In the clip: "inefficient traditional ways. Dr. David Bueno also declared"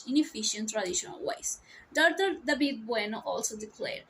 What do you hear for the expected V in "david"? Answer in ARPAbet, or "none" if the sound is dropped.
B